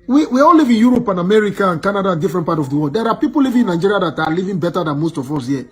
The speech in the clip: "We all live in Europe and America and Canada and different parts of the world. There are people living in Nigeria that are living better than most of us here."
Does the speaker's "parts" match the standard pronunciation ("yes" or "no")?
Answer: no